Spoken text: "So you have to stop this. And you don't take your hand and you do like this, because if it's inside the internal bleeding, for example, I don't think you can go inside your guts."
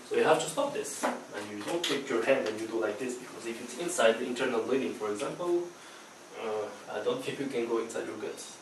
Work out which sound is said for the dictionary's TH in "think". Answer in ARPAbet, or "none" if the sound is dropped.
T